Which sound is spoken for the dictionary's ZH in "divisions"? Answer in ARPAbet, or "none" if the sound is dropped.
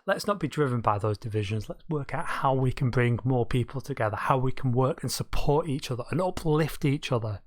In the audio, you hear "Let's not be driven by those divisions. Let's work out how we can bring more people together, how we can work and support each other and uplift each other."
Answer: ZH